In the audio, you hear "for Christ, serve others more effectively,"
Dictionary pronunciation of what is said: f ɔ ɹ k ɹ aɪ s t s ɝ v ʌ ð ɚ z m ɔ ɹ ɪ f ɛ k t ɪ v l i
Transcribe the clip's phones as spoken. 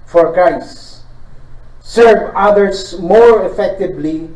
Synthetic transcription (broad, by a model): f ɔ ɹ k ɹ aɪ s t s ɝ v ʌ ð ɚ s m ɔ ɹ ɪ f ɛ k t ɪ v l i